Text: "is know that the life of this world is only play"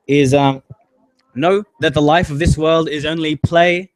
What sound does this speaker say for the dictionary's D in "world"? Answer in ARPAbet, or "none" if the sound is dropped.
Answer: D